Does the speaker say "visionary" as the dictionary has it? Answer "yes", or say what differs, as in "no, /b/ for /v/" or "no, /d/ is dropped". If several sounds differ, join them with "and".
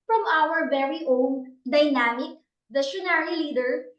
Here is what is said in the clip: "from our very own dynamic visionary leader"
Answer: no, /ʃ/ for /ʒ/